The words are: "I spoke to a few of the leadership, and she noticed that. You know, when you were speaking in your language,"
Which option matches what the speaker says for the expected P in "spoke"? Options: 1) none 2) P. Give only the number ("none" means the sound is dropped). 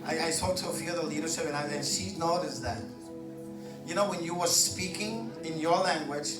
1